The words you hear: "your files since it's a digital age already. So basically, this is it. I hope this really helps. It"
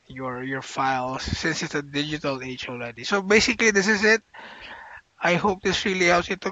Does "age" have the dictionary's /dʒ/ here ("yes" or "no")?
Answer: no